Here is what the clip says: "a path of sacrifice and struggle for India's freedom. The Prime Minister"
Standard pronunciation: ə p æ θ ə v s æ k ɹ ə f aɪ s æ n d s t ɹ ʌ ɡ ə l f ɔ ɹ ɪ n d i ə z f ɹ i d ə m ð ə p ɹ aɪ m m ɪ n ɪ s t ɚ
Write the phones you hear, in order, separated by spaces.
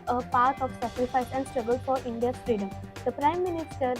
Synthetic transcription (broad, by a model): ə p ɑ t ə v s æ k ɹ ə f aɪ s æ n d s t ɹ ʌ ɡ ə l f ɔ ɹ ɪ n d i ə f ɹ i d ə m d ə p ɹ aɪ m m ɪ n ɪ s t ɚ